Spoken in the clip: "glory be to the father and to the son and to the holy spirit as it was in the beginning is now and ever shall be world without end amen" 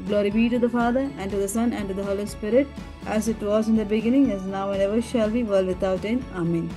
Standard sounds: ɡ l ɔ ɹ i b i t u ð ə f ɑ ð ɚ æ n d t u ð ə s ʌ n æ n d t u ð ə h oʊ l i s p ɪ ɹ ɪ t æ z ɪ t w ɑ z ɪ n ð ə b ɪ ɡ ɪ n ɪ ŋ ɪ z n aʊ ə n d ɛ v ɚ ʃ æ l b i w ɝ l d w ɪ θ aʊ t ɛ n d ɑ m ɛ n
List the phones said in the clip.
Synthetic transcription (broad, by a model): ɡ l ɔ ɹ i b i t u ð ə f ɑ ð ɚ æ n d t u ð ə s ʌ n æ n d t u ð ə h oʊ l i s p ɪ ɹ ɪ t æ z ɪ t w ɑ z ɪ n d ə b ɪ ɡ ɪ n ɪ ŋ ɪ z n aʊ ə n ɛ v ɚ ʃ æ l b i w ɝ l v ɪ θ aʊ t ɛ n ɑ m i n